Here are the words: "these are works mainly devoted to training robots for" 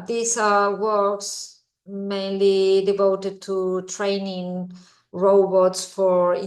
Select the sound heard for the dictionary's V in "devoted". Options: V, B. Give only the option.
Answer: V